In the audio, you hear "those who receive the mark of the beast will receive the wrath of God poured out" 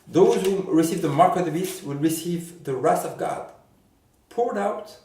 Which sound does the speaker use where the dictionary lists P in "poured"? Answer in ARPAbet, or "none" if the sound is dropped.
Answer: P